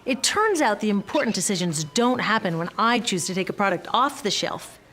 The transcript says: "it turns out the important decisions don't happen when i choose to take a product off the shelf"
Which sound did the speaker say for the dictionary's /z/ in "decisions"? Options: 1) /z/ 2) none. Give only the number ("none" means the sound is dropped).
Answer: 1